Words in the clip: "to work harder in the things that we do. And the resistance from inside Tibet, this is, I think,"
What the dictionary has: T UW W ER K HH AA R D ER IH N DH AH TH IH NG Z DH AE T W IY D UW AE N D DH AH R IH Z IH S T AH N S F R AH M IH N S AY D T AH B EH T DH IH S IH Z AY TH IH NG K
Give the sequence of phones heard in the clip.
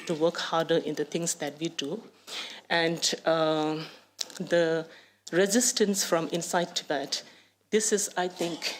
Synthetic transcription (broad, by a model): T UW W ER K HH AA R D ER IH N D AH T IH NG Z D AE T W IY D UW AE N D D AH R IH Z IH S T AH N S F R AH M IH N S AY D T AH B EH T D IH S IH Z AY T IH NG K